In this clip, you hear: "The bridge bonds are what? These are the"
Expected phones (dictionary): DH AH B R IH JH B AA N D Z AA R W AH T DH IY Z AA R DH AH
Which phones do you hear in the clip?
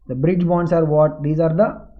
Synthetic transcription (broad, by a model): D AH B R IH JH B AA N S AA R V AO T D IY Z AA R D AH